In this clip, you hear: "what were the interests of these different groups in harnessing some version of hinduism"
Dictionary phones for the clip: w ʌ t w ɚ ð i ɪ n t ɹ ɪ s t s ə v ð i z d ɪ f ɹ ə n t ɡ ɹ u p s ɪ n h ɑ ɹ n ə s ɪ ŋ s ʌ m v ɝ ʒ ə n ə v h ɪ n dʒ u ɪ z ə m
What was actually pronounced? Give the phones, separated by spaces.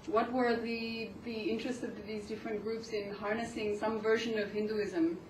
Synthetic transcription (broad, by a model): w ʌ t w ɚ ð i ɪ n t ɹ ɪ s t s ə v ð i z d ɪ f ɹ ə n ɡ ɹ u p s ɪ n h ɑ ɹ n ə s ɪ ŋ s ʌ m v ɝ ʒ ə n ə v h ɪ n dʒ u ɪ z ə m